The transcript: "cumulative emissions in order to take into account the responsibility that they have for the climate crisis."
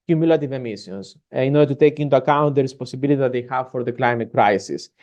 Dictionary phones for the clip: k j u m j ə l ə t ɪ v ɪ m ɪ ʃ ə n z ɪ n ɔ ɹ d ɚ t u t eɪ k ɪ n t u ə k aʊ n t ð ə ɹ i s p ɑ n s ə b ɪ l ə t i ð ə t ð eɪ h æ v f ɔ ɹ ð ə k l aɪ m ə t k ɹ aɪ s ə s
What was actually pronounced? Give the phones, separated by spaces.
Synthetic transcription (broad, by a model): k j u m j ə l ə t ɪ v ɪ m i s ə n s ɪ n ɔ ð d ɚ t u t eɪ k ɪ n t u ə k aʊ n t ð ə ɹ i s p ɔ n s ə b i l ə t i ð ə t ð eɪ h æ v f ɔ ɹ ð ə k l aɪ m ə t k ɹ aɪ s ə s